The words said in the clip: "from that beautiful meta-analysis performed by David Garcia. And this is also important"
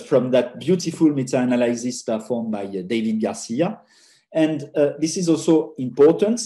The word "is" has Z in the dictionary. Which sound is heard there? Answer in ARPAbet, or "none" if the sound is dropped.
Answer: Z